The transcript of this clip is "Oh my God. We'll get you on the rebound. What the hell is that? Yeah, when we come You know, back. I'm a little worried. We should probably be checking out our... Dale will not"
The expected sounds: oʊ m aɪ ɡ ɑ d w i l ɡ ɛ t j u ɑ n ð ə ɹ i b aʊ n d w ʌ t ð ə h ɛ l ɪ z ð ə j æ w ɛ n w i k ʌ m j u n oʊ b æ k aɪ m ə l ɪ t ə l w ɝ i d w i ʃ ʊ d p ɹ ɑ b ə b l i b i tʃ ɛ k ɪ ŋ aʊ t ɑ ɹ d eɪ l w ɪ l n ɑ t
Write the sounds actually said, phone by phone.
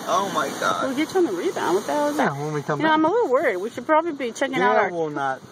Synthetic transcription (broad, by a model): oʊ m aɪ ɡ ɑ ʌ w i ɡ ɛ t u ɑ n ð ə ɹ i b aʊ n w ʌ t ð ə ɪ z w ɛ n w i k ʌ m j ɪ n oʊ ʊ aɪ m ə l ɪ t l w ɝ i d w i ʃ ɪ d p ɹ ɑ b ə b l i b i tʃ ɛ k ɪ ŋ aʊ t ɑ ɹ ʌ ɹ w ɪ l n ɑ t